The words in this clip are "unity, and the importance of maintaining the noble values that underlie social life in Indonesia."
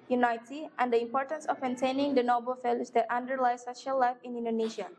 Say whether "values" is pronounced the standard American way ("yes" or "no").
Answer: no